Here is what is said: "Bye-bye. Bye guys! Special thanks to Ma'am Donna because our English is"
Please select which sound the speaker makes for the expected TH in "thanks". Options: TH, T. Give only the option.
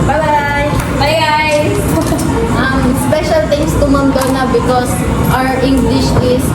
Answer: T